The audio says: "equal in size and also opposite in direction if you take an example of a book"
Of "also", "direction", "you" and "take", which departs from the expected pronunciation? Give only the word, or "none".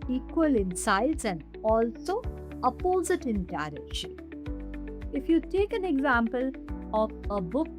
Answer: direction